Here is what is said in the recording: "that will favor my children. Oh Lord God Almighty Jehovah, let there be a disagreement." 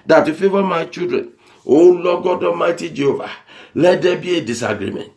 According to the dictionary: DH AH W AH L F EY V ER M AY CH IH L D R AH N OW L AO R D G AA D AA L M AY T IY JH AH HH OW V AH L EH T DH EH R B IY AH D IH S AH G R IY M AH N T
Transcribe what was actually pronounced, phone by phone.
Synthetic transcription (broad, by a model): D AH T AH F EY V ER M AY CH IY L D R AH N OW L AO G AA D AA M AY T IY JH AH HH OW V AH L EH T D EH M B IY AH D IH S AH G R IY M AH N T